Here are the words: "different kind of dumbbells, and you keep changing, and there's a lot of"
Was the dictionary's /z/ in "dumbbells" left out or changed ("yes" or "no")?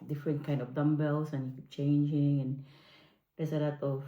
yes